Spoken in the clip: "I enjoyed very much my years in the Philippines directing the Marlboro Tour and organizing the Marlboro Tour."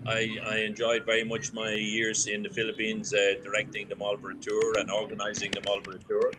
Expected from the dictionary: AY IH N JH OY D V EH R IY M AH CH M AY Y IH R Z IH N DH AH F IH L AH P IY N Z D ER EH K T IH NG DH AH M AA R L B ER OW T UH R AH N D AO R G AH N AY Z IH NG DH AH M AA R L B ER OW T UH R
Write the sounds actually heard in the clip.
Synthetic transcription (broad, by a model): AY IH N JH OY D V EH R IY M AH CH M AY Y IH R Z IH N DH AH F IH L AH P IY N Z D ER EH K T IH NG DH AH M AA L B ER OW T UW R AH N AO R G AH N AY Z IH NG DH AH M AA L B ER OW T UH R